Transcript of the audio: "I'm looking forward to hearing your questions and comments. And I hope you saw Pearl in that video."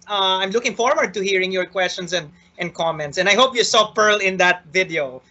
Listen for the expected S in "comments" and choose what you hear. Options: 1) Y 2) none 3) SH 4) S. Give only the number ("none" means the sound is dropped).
4